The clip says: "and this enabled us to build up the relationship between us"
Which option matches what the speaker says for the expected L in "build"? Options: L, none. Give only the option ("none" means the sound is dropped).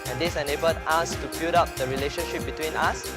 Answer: none